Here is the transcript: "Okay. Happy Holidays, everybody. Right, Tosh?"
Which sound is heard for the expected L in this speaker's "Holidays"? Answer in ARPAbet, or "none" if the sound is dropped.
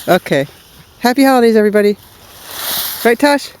none